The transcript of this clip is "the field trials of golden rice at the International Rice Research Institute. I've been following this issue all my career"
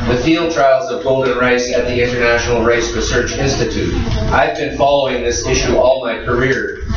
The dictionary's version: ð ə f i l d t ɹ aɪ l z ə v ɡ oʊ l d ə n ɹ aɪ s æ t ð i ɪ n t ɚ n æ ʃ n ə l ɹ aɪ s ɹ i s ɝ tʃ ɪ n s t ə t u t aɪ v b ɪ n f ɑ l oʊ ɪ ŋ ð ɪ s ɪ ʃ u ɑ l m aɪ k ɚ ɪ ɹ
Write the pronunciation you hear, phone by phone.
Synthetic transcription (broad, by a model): ð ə f i l d t ɹ aɪ l z ə v ɡ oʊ l d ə n ɹ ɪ s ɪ t ð i ɪ n t ɚ n æ ʃ n l ɹ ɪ s ɹ i s ɝ tʃ ɪ n s t ə t u t aɪ v b ɪ n f ɑ l oʊ ɪ ŋ ð ɪ s ɪ ʃ u ɑ l m aɪ k ɚ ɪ ɹ